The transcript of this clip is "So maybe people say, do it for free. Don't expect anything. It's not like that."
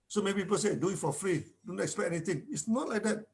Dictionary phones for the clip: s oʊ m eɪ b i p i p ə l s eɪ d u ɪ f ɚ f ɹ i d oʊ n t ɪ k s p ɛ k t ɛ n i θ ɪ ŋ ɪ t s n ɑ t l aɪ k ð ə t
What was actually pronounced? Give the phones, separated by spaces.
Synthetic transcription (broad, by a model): s oʊ m eɪ b i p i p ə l s eɪ d u ɪ f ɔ f ɹ i d oʊ n t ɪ k s p ɛ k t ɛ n i t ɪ ŋ ɪ t s n ɑ t l aɪ k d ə t